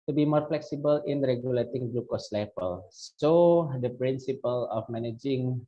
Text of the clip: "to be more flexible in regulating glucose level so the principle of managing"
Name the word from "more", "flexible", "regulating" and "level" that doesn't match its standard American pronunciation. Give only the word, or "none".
level